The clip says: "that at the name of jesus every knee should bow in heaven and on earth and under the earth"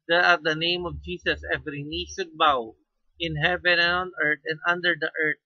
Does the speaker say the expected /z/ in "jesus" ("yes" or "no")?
no